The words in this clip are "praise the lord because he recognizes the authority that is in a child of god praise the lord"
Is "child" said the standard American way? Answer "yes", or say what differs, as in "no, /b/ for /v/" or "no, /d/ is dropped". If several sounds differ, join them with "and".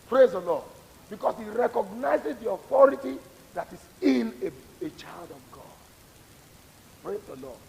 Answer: yes